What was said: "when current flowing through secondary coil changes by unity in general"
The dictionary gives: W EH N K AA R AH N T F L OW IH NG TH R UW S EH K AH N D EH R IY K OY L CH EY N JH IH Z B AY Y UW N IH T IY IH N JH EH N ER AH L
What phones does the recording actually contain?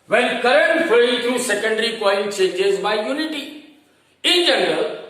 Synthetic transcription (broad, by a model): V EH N K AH R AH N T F OW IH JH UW S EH K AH N D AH R IY K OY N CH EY JH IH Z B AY Y UW N IH T IY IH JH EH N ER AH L